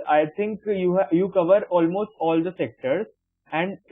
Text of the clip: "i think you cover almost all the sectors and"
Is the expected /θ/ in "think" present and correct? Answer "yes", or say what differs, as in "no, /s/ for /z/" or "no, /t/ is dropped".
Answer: no, /t/ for /θ/